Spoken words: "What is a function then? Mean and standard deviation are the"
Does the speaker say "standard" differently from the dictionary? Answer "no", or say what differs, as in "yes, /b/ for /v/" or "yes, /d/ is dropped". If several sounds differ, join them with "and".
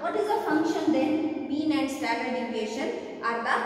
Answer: yes, /n/ is dropped